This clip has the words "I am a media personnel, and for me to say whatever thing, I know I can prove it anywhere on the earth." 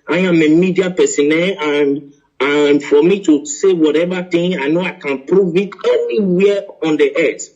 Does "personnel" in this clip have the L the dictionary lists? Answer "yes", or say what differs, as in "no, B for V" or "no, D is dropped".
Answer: no, N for L